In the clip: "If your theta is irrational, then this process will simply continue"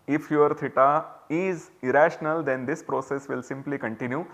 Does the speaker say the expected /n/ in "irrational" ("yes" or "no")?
yes